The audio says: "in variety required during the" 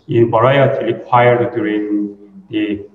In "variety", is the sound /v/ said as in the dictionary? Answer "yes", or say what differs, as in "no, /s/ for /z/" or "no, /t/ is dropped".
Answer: no, /b/ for /v/